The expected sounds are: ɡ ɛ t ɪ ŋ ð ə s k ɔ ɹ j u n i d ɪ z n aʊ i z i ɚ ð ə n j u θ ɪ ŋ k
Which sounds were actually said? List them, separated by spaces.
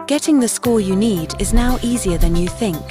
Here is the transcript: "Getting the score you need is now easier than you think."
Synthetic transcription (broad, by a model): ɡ ɛ t ɪ ŋ ð ə s k ɔ ɹ j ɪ n i d ɪ z n aʊ i z i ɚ ð ə n j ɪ θ ɪ ŋ k